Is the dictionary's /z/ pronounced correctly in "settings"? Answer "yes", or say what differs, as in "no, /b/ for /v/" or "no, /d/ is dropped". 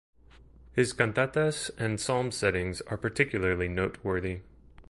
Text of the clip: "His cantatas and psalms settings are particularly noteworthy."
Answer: yes